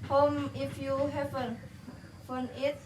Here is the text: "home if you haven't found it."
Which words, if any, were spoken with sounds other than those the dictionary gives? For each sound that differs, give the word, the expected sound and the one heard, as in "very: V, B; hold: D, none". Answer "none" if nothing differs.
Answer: found: D, none